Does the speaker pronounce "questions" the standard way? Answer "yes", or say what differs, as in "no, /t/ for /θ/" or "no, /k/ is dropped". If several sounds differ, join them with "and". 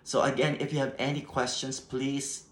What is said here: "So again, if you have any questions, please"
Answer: no, /s/ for /z/